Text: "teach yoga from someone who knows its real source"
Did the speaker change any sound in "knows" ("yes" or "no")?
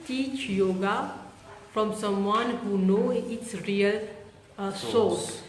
yes